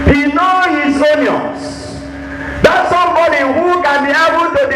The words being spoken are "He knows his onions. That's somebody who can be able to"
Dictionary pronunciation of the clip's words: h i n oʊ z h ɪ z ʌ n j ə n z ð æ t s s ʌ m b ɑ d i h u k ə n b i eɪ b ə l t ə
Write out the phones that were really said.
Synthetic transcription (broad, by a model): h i n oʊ h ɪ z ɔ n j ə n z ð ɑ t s s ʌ m b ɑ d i h u k ə n b i eɪ b ə l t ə